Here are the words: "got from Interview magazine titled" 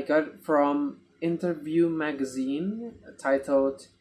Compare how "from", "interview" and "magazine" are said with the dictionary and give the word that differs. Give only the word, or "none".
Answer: none